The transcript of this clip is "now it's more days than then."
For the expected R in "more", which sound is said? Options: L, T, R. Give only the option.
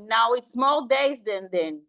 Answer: L